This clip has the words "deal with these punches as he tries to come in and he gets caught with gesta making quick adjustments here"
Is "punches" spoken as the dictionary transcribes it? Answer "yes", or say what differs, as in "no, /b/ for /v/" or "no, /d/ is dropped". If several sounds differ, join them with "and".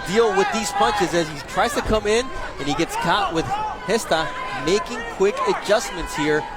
yes